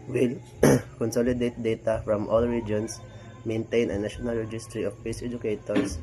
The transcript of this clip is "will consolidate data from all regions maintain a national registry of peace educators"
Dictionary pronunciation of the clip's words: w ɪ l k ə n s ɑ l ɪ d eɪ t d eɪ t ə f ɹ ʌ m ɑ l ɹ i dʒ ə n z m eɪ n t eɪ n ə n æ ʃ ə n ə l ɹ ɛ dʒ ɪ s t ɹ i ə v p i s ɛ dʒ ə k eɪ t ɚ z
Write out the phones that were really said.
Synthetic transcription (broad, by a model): w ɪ l k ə n s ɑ l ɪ d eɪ t d eɪ t ə f ɹ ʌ m ɑ l ɹ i dʒ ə n s m eɪ n t eɪ n ə n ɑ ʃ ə n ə l ɹ ɛ dʒ ɪ s t ɹ i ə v p i s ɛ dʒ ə k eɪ t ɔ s